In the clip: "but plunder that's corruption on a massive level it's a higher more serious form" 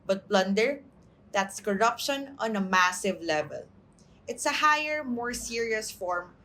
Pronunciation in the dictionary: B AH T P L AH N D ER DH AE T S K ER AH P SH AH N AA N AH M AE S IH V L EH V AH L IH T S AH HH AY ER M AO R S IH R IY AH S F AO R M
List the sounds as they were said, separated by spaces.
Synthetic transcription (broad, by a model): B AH T B L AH N D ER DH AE T S K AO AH P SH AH N AA N AH M AE S IH V L EH V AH L IH T S AH HH AY ER M AO R S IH R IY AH S F AO R M